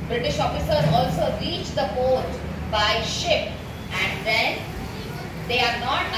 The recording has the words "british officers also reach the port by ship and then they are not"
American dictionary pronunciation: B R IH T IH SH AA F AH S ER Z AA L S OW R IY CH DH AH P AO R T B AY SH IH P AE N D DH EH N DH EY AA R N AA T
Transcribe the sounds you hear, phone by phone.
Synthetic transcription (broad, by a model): B R IH T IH SH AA F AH S ER AA L S OW R IY CH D AH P AO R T B AY SH IH P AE N D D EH N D EY AA R N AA T